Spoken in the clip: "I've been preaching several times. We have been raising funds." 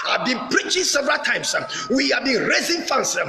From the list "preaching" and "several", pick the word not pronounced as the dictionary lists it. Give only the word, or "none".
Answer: none